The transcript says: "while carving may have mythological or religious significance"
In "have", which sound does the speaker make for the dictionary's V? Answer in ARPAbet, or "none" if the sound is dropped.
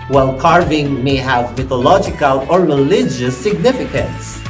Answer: V